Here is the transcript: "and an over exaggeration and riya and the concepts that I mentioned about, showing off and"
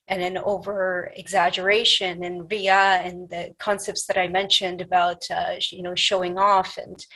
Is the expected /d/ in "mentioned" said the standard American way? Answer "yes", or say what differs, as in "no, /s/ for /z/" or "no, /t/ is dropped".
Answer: yes